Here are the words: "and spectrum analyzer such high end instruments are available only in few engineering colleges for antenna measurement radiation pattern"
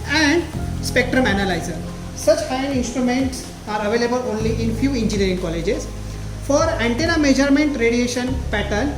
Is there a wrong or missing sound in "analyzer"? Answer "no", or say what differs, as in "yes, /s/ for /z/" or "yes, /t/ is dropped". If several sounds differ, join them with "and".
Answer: no